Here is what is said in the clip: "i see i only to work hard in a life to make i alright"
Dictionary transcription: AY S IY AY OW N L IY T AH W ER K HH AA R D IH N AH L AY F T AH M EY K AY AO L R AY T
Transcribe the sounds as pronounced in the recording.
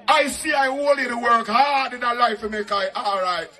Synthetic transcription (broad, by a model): AY S IY AY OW L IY T AH W ER K HH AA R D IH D AH L AY F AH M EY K AY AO L R AY T